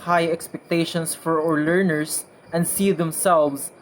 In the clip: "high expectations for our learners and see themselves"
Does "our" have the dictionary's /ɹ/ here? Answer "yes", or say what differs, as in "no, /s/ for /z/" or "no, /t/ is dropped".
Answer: yes